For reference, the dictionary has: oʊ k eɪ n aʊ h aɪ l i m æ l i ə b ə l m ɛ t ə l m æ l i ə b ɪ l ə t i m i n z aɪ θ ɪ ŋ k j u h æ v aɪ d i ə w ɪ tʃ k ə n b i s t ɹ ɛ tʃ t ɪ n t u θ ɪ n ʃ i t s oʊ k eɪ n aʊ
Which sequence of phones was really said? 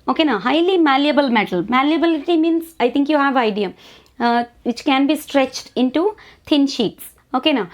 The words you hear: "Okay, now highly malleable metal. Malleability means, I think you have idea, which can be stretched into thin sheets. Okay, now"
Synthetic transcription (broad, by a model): oʊ k eɪ n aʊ h aɪ l i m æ l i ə b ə l m ɛ t ə l m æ l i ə b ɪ l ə t i m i n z aɪ t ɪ ŋ k j u h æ v aɪ d i ə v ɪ tʃ k ə n b i s t ɹ ɛ tʃ t ɪ n t u t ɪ n ʃ i t s oʊ k eɪ n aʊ